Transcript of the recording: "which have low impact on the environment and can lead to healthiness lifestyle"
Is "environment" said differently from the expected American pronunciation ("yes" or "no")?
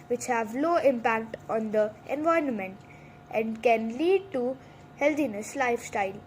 yes